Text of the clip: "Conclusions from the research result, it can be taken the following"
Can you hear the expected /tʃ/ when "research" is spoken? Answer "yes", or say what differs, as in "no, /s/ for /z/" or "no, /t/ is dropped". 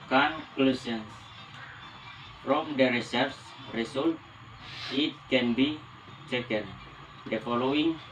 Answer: no, /s/ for /tʃ/